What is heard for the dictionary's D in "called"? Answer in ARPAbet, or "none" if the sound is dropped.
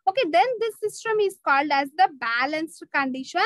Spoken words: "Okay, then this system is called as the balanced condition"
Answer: D